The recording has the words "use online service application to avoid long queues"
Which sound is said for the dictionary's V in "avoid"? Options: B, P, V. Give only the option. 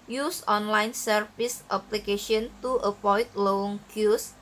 P